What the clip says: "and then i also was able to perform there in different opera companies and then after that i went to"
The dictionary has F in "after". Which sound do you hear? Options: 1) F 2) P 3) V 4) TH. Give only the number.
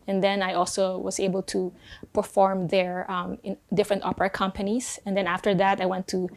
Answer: 1